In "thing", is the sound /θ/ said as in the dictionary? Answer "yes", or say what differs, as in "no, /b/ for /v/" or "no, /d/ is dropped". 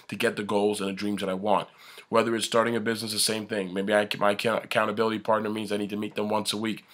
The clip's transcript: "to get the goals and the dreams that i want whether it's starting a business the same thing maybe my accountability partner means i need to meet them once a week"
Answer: yes